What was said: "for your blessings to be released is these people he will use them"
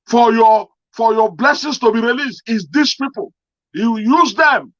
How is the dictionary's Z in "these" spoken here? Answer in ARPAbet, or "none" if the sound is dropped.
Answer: S